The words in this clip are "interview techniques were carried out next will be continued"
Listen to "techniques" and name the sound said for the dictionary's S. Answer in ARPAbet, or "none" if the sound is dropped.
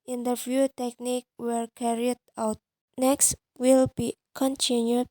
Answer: none